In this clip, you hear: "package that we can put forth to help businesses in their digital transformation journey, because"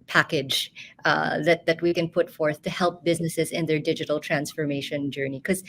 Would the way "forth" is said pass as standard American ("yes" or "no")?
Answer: yes